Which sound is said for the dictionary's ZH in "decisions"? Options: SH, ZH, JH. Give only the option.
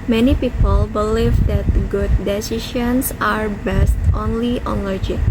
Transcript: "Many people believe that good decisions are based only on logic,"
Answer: SH